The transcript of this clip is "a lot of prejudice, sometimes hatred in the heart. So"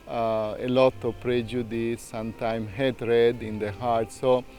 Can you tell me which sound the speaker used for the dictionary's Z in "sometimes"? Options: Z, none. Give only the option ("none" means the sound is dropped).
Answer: none